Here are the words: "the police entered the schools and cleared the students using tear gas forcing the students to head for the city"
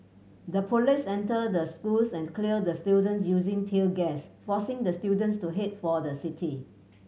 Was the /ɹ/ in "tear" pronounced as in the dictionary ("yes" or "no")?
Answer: no